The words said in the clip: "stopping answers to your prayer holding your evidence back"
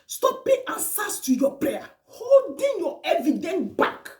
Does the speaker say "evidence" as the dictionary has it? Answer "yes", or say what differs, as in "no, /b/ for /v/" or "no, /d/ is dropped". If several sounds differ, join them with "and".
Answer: no, /s/ is dropped